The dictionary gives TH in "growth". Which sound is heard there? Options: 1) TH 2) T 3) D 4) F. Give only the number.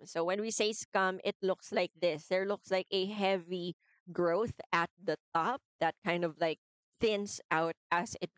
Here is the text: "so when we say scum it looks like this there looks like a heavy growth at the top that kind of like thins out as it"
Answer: 1